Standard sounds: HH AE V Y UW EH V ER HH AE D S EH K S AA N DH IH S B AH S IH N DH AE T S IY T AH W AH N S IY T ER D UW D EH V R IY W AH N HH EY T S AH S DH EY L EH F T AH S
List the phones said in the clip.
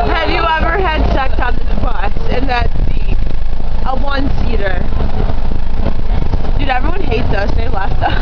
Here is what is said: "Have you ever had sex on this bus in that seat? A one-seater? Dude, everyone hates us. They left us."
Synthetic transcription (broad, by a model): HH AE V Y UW EH V ER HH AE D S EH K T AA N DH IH B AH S IH N DH AE T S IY T AH W AH N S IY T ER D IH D EH V R IY W AH N HH EY T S AH S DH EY L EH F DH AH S